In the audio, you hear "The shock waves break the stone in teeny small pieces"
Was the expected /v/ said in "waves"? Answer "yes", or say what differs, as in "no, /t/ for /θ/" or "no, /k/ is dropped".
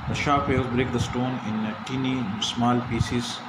no, /v/ is dropped